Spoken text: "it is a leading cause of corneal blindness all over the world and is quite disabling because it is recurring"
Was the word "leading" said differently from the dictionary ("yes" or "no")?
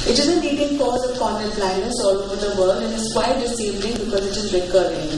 yes